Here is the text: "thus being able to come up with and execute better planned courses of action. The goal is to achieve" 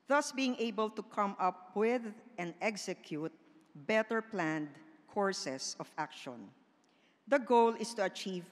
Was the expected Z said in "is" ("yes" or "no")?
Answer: no